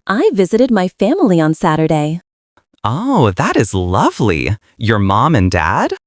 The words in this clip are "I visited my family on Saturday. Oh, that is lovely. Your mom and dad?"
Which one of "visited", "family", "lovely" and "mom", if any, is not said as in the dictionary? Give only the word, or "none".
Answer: none